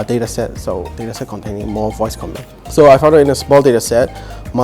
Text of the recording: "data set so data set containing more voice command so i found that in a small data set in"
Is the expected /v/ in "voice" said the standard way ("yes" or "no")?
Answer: yes